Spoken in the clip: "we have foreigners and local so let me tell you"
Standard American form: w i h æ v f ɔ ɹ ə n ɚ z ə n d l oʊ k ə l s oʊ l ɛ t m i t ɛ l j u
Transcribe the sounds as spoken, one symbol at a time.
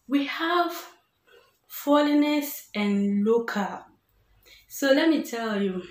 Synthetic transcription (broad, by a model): w i h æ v f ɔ l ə n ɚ s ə n l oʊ k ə s oʊ l ɛ t m i t ɛ l j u